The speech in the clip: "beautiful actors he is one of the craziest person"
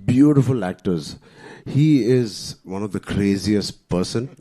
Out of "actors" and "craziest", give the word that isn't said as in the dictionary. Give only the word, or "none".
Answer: none